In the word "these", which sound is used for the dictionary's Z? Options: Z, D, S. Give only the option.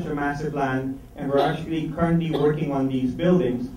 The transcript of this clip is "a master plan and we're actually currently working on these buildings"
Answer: Z